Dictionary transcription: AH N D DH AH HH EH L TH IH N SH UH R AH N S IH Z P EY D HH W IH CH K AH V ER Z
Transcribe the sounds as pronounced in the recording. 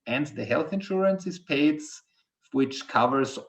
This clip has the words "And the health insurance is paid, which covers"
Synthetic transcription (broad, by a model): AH N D DH AH HH EH L TH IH N SH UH R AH N S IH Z P EY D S W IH CH K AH V ER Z